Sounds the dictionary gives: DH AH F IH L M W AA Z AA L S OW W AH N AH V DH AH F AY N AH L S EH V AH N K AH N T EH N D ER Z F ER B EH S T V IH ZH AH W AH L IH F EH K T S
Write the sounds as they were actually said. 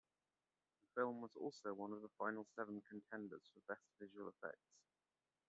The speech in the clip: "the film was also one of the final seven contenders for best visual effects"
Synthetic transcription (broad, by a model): DH AH F IH L M W AA Z AA L S OW W AH N AH V DH AH F AY N AH L S EH V AH N K AH N T EH N D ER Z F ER B EH S T V IH ZH AH W AH L IH F EH K T S